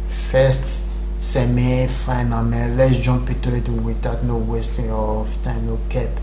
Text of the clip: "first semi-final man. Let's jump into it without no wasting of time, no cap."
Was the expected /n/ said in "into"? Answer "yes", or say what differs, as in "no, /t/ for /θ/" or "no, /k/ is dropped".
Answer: no, /n/ is dropped